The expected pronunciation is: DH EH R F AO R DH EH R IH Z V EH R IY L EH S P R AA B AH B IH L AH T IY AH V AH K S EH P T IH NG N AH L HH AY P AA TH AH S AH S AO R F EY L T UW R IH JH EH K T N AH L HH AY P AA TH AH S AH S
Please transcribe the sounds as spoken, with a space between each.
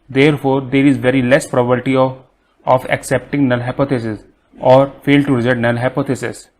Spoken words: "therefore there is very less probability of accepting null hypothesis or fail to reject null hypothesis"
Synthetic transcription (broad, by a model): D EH R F AO R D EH R IH Z V EH R IY L EH S P R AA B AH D T IY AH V AH K S EH P T IH NG N AH L HH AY P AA T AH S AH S AO R F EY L T UW R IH Z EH T N AH L HH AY P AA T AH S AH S